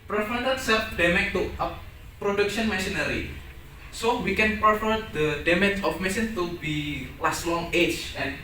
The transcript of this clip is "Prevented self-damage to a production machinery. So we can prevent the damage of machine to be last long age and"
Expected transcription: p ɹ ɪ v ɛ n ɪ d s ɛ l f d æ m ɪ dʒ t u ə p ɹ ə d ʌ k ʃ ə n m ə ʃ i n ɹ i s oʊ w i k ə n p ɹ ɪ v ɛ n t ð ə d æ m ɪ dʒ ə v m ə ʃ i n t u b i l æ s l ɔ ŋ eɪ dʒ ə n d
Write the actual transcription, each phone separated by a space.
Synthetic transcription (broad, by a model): p ɹ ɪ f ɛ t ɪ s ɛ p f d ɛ m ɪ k t u ə p ɹ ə d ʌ k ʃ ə n m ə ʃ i n ɹ i s oʊ w i k ə n p ɹ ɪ f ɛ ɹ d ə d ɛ m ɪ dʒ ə f m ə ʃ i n t u b i l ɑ s l ɔ ŋ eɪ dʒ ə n